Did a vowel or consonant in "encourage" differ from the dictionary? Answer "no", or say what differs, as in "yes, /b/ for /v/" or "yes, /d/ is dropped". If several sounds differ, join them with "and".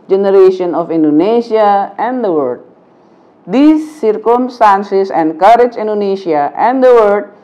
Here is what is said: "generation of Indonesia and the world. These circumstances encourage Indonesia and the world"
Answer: no